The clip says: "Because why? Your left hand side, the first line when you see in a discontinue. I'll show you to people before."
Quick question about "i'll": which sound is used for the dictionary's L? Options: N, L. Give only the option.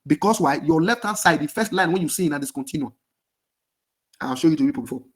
N